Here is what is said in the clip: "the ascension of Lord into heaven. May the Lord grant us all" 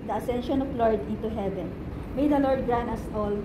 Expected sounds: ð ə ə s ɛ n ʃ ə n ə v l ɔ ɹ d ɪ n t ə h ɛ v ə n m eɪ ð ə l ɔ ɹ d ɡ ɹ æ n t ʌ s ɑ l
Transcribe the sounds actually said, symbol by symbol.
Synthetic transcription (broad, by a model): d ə ə s ɛ n ʃ ə n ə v l ɔ ɹ d ɪ n t ə h ɛ v ə n m eɪ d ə l ɔ ɹ d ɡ ɹ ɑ n ʌ s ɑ l